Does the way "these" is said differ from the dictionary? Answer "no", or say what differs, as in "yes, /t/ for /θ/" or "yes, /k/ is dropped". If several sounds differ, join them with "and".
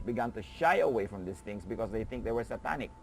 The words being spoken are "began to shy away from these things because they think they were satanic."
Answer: yes, /s/ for /z/